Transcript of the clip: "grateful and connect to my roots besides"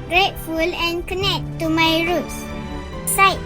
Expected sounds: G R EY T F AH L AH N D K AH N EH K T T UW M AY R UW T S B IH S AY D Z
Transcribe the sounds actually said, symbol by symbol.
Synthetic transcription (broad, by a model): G R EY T F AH L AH N K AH N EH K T T UW M AY R UW T S S AY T